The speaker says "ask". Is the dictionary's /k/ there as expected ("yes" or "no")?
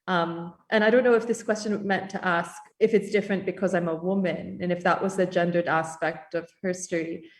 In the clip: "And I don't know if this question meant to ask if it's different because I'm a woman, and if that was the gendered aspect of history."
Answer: yes